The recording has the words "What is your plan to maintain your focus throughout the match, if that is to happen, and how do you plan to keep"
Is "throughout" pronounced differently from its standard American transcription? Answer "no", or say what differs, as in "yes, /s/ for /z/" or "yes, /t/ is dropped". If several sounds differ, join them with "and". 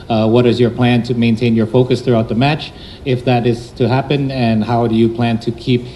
no